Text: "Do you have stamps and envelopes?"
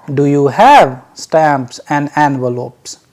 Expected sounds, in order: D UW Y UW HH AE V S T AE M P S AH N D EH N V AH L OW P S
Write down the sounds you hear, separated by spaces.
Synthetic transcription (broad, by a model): D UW Y UW HH AE V S T AE M P S AH N D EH N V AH L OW P S